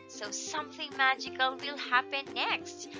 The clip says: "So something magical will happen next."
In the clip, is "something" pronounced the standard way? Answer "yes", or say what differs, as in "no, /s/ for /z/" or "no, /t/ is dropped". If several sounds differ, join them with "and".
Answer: yes